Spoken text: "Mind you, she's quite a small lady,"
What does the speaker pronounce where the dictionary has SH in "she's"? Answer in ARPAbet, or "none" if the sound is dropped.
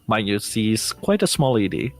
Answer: S